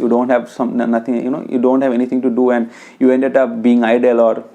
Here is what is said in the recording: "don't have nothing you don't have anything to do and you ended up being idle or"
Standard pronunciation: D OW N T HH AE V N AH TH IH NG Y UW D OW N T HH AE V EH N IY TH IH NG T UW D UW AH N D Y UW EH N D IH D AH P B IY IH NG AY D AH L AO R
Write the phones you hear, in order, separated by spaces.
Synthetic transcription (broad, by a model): D OW N T HH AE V N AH T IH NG Y UW D OW N T HH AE V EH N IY T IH NG T UW D UW AH N D Y UW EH N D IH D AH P B IY IH NG AY D AH L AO R